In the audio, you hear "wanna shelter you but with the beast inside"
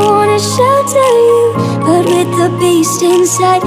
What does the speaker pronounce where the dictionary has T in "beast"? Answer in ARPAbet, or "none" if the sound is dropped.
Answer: T